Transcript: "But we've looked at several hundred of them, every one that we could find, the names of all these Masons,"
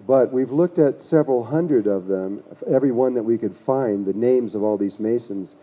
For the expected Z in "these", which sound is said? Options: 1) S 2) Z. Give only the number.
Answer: 2